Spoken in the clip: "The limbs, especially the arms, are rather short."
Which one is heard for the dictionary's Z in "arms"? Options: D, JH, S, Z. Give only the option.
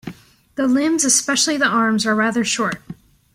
Z